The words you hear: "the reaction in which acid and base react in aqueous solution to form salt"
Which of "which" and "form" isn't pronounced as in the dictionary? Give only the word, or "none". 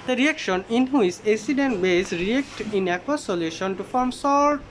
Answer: which